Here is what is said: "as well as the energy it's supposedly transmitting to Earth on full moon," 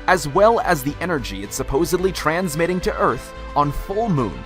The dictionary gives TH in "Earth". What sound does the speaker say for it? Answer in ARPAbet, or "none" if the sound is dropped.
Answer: TH